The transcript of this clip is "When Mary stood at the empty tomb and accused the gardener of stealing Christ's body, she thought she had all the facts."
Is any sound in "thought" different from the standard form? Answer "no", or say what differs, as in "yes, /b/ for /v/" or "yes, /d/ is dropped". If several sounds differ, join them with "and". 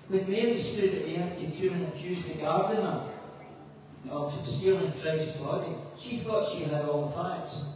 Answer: no